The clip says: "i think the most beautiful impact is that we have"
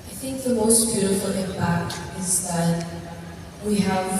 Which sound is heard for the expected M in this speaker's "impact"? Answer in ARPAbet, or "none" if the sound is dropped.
none